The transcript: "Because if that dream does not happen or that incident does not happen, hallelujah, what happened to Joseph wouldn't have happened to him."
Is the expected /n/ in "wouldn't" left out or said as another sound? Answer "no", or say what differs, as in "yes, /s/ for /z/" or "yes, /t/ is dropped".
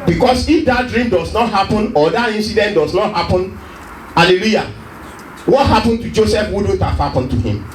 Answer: yes, /n/ is dropped